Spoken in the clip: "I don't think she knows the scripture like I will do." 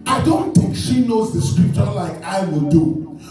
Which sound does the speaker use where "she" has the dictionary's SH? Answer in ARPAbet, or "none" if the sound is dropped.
SH